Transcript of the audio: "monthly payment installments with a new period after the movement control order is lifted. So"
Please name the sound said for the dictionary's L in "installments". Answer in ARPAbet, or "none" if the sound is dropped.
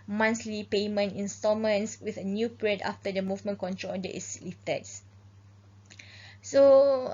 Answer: none